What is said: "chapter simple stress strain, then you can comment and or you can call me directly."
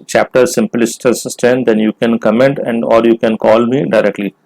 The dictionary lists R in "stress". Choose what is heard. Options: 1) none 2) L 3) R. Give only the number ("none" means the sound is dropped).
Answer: 1